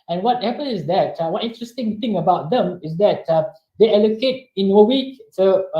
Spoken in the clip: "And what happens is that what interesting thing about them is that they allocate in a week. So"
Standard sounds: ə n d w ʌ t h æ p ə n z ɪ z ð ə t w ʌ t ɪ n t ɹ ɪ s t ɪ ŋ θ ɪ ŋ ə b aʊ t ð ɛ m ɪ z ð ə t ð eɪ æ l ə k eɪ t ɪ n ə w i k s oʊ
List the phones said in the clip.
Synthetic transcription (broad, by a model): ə n w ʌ t h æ p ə n ɪ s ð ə t w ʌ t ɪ n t ɹ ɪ s t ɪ ŋ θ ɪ ŋ ə b aʊ t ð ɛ m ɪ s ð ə t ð eɪ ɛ l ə k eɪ t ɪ n ə w i k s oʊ